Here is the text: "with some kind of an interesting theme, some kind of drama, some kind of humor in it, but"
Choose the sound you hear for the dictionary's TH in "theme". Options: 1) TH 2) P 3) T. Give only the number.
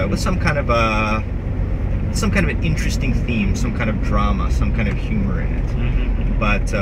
1